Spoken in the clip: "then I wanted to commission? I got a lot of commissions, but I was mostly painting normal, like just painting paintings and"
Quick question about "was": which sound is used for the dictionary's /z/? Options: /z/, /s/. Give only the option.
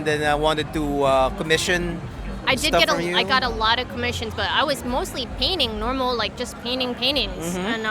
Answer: /z/